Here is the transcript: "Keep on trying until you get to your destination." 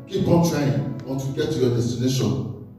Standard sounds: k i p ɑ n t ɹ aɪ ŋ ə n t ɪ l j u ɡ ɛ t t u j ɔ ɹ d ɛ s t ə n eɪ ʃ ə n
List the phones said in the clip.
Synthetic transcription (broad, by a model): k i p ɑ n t l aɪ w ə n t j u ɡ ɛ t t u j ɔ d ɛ s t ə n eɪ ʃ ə n